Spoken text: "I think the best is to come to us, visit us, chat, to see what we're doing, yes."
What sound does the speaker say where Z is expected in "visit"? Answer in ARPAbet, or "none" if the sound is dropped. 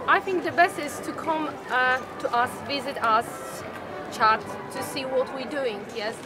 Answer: Z